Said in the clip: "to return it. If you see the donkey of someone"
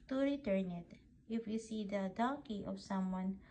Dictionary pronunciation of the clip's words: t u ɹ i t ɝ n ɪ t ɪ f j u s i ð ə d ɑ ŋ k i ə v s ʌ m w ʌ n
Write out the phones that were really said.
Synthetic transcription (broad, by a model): t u ɹ i t ɝ n ɪ t ɪ f j u s i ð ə d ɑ k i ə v s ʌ m w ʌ n